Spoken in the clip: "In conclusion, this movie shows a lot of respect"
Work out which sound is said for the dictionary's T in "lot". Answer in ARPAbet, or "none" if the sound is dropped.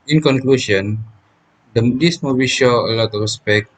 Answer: T